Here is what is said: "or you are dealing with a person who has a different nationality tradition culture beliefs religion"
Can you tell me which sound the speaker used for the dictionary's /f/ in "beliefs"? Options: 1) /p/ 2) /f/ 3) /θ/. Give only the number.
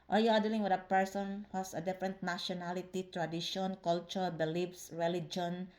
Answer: 1